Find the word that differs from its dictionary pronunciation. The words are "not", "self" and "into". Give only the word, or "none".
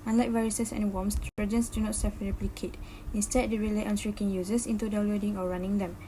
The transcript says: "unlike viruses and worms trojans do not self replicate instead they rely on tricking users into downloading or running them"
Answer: self